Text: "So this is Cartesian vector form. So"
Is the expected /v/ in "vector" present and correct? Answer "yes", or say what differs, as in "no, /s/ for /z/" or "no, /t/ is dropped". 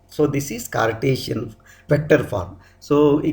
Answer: no, /p/ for /v/